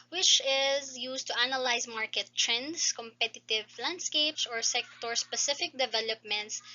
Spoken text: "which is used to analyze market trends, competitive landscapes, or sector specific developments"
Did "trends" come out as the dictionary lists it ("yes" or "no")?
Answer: no